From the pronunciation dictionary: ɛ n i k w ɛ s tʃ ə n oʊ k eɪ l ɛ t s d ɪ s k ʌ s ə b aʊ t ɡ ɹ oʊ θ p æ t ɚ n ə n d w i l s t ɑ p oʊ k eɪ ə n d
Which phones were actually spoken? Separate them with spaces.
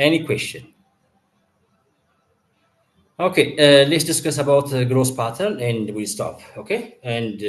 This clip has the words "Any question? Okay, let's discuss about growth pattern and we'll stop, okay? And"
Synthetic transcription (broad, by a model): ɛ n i k w ɛ s tʃ ə n oʊ k eɪ l ɛ t s d ɪ s k ʌ s ə b aʊ t ɡ ɹ oʊ s p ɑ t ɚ l ə n d w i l s t ɑ p oʊ k eɪ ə n d